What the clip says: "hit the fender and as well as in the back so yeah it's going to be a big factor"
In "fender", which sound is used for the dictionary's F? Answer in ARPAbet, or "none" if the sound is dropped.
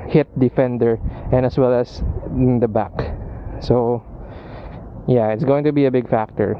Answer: F